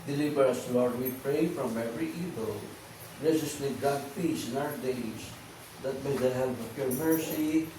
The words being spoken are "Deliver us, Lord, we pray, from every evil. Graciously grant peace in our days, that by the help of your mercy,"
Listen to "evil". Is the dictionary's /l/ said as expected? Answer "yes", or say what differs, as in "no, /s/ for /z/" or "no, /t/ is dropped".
yes